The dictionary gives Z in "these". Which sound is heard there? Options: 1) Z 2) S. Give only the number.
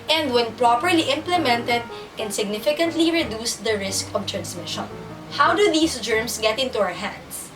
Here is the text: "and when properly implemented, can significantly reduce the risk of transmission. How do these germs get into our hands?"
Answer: 2